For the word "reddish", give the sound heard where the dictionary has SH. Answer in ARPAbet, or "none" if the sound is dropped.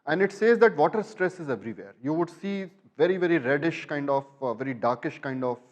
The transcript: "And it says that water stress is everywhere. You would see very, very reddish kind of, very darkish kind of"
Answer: SH